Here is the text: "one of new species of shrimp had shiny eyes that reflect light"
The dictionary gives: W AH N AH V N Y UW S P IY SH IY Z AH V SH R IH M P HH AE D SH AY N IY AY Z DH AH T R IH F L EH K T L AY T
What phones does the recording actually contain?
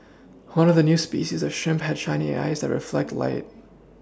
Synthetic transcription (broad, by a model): W AH N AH V N Y UW S P IY SH IY Z AH V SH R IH M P HH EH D SH AY N IY AY Z DH AH T R IH F L EH K T L AY T